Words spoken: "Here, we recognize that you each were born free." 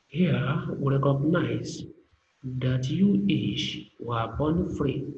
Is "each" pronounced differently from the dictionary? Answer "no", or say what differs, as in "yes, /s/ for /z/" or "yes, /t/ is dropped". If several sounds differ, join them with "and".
yes, /ʃ/ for /tʃ/